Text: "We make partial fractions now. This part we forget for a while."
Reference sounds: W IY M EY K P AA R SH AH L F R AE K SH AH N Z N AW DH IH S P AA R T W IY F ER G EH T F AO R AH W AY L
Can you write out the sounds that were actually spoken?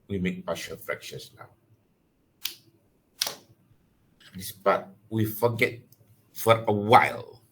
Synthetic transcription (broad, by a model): W IY M EY K B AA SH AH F R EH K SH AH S N AW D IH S B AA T W IY F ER G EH T F AO R AH W AY L